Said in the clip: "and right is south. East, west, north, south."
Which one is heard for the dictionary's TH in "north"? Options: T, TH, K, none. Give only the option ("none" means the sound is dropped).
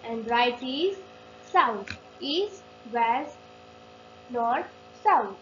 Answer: T